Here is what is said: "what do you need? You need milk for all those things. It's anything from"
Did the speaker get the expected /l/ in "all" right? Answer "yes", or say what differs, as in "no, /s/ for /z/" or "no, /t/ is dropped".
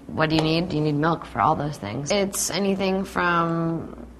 yes